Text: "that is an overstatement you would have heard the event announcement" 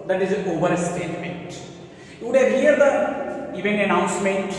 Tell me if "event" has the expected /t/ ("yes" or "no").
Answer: no